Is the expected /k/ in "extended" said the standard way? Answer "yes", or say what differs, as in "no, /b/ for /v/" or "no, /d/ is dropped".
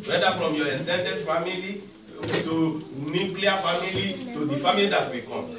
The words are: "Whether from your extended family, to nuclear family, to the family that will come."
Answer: no, /k/ is dropped